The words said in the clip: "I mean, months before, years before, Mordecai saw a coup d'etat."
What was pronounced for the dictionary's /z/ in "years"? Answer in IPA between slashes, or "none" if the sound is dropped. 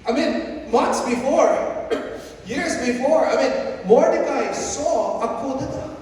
/z/